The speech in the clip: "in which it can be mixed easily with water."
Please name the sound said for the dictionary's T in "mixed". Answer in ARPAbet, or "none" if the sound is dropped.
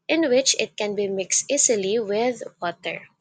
T